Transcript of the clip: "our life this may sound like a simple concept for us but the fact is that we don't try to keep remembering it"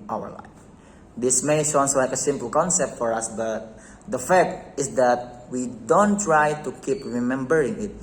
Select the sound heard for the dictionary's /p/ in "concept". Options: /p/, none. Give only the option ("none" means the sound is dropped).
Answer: /p/